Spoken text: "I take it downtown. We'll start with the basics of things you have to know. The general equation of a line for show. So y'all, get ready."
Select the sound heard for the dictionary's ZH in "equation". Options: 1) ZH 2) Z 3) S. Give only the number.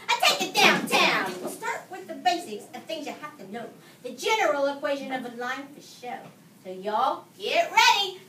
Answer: 1